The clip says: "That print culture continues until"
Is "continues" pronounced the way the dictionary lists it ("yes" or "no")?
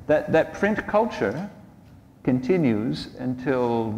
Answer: yes